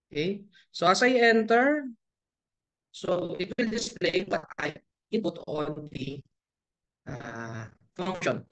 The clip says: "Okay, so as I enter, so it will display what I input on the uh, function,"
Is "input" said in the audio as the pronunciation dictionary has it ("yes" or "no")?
no